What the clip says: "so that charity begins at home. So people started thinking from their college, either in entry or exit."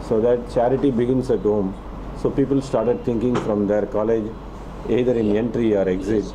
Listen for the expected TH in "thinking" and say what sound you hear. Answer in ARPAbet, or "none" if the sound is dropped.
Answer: T